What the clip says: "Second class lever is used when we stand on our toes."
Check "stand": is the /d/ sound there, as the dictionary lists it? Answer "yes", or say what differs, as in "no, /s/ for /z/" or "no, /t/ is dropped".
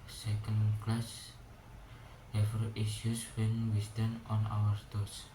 no, /d/ is dropped